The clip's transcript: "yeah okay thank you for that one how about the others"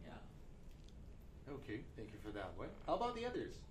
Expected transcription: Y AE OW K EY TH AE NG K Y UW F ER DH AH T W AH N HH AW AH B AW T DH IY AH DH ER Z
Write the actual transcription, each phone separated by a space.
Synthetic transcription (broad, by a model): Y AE OW K EY TH AE NG K Y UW F ER DH AH T W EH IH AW AH B AW T DH IY AH DH ER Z